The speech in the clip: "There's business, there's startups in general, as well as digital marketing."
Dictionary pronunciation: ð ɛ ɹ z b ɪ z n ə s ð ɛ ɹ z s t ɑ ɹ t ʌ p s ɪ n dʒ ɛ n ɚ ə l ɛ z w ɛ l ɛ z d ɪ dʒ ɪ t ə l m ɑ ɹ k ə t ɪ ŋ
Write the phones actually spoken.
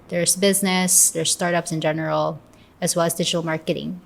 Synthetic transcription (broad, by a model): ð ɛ ɹ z b ɪ z n ə s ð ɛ ɹ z s t ɑ ɹ t ʌ p s ɪ n dʒ ɛ n ɚ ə l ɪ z w ɛ l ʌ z d ɪ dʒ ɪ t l m ɑ ɹ k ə t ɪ ŋ